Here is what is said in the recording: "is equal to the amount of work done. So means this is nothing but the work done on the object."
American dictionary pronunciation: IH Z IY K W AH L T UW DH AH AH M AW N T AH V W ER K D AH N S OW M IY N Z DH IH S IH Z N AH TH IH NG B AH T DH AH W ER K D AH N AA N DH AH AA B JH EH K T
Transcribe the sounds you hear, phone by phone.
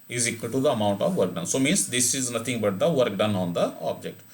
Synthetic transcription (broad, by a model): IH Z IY K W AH L T UW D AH AH M AW N T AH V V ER K D AH N S OW M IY N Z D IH S IH Z N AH T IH NG B AH T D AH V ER K D AH N AA N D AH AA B JH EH K T